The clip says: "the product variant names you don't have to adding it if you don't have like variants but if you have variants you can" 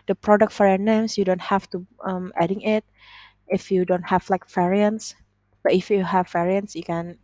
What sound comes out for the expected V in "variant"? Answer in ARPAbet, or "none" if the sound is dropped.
F